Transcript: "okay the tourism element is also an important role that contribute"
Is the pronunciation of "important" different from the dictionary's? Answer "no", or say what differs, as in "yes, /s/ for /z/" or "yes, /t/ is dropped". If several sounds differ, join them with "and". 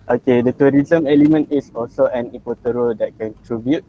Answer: yes, /m/ is dropped